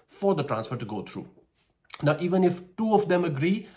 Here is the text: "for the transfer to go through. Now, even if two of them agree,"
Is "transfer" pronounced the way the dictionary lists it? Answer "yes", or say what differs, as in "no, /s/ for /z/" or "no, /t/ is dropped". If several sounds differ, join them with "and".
yes